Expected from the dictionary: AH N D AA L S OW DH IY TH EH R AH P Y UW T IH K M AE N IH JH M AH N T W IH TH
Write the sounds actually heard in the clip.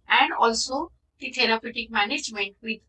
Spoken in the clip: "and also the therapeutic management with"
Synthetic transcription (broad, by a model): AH N D AA L S OW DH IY T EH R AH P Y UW T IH K M AE N IH JH M AH N T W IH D